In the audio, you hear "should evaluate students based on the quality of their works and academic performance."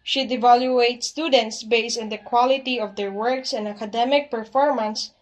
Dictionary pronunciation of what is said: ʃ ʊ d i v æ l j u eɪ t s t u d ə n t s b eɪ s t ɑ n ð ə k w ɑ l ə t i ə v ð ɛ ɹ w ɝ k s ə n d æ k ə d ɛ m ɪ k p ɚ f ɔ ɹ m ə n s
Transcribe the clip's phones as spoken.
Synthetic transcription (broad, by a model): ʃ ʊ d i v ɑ l j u eɪ t s t u d ə n t s b eɪ s ɑ n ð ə k w ɑ l ə t i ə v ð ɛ ɹ w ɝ k s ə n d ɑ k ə d ɛ m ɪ k p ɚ f ɔ ɹ m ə n s